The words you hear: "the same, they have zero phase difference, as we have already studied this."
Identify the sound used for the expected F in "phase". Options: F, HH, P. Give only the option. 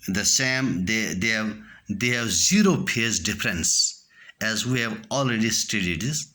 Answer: P